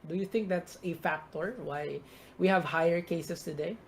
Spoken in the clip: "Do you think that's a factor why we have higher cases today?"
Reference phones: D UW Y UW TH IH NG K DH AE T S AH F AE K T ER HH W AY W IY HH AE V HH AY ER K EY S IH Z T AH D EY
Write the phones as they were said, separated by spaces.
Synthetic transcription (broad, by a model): D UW Y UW TH IH NG K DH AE T S AH F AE K T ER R W AY W IY HH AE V HH AY ER K EY S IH S T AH D EY